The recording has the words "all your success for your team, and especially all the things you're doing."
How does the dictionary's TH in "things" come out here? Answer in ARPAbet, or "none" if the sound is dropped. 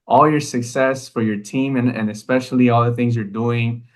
TH